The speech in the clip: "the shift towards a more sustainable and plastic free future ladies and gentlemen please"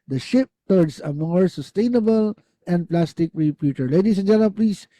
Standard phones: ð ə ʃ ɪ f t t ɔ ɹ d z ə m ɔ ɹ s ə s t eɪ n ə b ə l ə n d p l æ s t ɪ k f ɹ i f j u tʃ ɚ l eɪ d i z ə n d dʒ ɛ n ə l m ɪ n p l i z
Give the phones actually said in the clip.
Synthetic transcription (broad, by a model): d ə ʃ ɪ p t t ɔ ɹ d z ə m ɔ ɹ s ə s t eɪ n ə b ə l ə n d p l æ s t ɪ k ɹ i p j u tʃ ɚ l eɪ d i s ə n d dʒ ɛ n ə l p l i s